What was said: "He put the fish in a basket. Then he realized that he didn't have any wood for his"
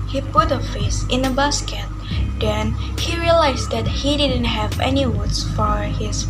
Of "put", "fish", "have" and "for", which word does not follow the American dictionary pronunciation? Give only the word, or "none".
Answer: fish